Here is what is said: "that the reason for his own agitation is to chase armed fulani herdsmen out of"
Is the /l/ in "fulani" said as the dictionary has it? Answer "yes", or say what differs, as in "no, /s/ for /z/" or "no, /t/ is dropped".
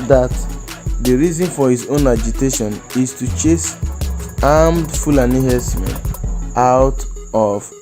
yes